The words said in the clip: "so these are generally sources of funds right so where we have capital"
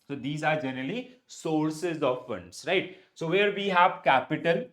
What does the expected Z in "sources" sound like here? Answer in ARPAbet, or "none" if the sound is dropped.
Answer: Z